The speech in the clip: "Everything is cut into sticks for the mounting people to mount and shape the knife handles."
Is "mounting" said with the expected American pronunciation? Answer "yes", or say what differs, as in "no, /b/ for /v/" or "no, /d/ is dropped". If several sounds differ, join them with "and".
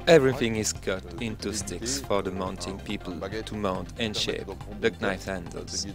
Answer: yes